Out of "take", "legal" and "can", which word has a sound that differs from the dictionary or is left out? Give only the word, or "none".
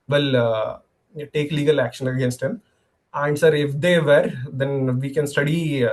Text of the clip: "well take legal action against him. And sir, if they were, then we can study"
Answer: none